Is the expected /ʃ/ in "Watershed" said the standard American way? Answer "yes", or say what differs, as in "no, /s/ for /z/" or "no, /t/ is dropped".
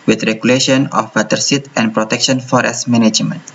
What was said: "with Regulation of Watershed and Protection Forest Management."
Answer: no, /s/ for /ʃ/